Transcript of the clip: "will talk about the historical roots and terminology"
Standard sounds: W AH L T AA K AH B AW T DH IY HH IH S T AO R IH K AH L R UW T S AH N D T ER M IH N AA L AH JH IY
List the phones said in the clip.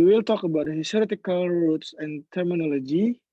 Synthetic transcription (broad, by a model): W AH L T AA K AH B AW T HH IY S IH T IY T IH K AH L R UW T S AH N T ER M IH N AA L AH JH IY